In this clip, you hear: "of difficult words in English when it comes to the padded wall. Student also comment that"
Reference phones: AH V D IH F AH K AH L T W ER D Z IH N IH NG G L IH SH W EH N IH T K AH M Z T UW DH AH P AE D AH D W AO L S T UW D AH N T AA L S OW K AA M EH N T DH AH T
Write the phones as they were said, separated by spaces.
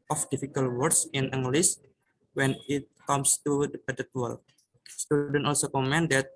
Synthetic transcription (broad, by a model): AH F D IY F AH K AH L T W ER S IH N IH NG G L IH S W EH N IH T K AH M S T UW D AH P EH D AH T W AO L S T UW D AH N T AA L S OW K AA M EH N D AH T